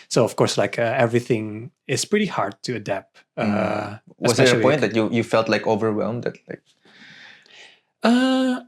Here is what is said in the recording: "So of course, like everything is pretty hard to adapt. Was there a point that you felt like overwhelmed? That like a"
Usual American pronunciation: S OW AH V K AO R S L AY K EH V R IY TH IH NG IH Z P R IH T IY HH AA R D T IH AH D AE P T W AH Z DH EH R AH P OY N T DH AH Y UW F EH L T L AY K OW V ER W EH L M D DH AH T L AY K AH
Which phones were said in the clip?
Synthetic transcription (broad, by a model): S OW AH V K AO R S L AY K EH V R IY TH IH NG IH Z P R IH T IY HH AA R D T IH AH D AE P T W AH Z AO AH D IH T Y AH Y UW F EH L T L AY K OW V ER W EH L M D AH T L AY K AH